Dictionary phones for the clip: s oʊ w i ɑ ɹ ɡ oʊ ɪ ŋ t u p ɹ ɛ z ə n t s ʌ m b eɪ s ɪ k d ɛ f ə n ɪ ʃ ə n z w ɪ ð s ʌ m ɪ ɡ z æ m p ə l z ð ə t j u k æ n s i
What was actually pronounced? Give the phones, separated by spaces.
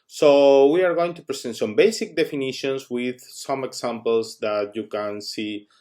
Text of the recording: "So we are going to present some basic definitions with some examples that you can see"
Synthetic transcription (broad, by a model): s oʊ w i ɑ ɹ ɡ oʊ ɪ ŋ t u p ɹ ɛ s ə n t s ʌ m b eɪ s ɪ k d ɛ f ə n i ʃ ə n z w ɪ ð s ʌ m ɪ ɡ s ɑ m p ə l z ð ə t j u k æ n s i